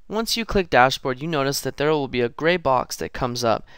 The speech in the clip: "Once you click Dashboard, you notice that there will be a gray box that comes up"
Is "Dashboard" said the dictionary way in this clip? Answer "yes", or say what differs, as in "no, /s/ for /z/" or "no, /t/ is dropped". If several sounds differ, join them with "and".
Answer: yes